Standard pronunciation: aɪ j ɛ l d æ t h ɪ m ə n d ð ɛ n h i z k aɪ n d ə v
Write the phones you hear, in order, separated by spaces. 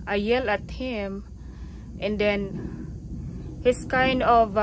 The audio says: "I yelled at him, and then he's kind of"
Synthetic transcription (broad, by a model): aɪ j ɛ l æ t h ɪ m ə n d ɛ n h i s k aɪ n d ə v